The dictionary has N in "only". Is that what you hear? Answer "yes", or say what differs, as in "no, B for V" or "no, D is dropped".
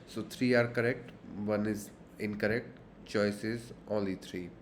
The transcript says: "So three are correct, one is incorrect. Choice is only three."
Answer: no, N is dropped